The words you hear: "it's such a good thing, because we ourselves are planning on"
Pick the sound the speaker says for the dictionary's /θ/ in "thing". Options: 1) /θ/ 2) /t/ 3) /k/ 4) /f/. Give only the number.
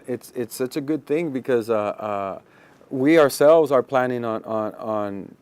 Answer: 1